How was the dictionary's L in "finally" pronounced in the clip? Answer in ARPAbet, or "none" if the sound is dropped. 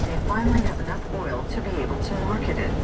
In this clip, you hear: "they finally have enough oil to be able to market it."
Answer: N